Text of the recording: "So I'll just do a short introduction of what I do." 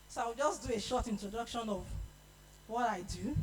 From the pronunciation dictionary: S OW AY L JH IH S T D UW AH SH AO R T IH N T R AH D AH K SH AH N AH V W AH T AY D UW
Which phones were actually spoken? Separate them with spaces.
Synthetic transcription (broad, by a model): S OW AY W JH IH S D UW AH SH AO T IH N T R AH D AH K SH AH N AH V W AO T AY D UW